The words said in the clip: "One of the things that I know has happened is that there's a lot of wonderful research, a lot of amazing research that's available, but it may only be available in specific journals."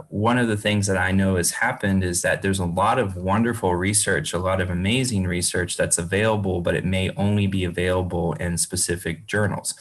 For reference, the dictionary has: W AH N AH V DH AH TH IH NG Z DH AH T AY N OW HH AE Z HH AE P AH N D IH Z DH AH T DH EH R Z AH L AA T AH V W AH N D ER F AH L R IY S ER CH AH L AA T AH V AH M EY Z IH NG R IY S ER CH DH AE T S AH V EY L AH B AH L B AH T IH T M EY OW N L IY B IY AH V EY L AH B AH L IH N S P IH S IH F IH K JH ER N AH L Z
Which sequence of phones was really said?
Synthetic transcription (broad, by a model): W AH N AH V DH AH TH IH NG Z DH AH T AY N OW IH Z HH AE P AH N D IH Z DH AH T DH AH R Z AH L AA T AH V W AH N D ER F L R IY S ER CH AH L AA T AH V AH M EY Z IH NG R IY S ER CH DH AE T S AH V EY L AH B L B AH T IH T M EY OW N L IY B IY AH V EY L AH B L IH N S P IH S IH F IH K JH ER N L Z